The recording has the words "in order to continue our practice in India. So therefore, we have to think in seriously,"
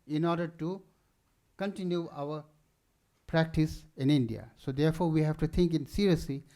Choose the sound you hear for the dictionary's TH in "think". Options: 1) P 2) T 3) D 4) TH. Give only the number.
2